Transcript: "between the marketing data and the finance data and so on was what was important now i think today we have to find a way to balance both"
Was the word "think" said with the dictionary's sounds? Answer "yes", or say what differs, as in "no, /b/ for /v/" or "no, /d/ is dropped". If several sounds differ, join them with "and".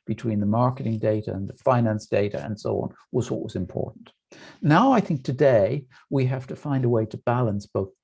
yes